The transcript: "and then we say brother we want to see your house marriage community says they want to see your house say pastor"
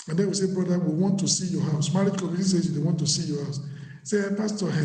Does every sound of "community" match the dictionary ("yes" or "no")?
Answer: no